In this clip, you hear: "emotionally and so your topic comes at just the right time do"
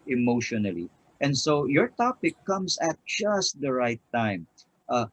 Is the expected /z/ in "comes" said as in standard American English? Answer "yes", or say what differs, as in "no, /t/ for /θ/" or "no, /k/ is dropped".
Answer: no, /s/ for /z/